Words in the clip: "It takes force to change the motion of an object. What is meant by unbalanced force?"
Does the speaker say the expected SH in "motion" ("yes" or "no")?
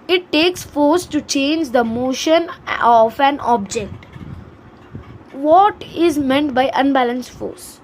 yes